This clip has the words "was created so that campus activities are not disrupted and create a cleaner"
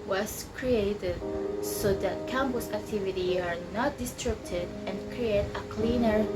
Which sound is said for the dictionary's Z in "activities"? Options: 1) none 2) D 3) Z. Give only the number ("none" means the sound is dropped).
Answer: 1